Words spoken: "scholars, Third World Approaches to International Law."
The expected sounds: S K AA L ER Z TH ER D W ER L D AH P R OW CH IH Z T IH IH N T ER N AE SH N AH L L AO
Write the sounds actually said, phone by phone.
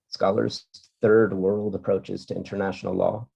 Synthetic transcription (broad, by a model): S K AA L ER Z TH ER D W ER L D AH P R OW CH IH Z T IH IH N T ER N AE SH N L L AO